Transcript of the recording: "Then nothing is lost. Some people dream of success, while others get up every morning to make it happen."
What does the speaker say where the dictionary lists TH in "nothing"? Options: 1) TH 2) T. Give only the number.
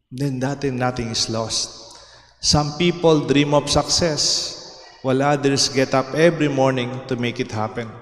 2